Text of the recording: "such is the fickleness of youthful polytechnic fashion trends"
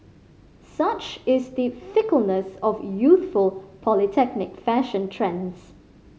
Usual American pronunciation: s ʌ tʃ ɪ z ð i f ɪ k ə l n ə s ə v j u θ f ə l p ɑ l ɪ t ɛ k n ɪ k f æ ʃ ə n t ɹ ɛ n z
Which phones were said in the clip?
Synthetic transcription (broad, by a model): s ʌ tʃ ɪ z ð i f ɪ k ə l n ə s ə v j u θ f ə l p ɑ l ɪ t ɛ k n ɪ k f æ ʃ ə n t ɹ ɛ n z